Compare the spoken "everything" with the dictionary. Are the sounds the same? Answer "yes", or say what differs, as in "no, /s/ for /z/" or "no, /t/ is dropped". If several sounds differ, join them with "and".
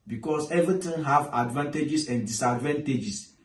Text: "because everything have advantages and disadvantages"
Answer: no, /t/ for /θ/